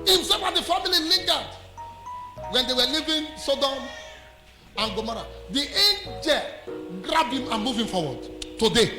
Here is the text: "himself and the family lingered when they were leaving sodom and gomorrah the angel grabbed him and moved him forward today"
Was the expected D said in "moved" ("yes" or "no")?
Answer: no